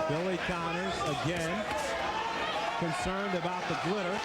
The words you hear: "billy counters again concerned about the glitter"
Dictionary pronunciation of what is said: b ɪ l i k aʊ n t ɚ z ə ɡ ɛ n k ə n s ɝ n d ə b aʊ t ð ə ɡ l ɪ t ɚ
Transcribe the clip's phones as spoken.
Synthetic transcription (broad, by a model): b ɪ l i k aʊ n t ɚ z ə ɡ ɛ n k ə n s ɝ n d ə b aʊ t ð ə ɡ l ɪ t ɚ